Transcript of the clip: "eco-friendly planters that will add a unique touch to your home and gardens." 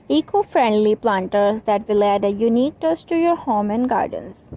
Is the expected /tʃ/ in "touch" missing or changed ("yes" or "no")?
yes